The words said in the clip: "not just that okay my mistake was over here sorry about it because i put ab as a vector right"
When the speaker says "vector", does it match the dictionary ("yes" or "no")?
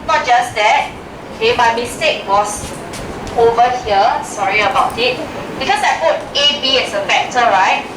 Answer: no